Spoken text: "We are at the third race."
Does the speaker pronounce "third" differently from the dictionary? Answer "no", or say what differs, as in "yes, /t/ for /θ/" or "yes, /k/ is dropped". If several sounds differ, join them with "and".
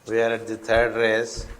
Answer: yes, /t/ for /θ/